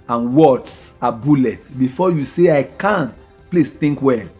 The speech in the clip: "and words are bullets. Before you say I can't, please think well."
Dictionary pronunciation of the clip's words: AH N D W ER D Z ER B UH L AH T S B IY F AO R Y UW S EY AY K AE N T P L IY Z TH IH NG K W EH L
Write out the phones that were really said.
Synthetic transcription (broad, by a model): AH N W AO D S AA B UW L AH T B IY F AO Y UW S EY AY K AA N T P L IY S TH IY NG K W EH